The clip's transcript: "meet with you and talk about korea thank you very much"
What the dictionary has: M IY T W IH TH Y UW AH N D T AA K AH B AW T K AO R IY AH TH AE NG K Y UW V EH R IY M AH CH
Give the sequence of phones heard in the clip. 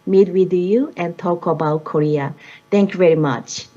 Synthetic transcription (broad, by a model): M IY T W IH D Y UW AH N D T AA K AH B AW T K AO R IY AH T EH NG K Y UW V EH R IY M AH CH